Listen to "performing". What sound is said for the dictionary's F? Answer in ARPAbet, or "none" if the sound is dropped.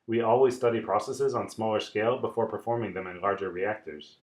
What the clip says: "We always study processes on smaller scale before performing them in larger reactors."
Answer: F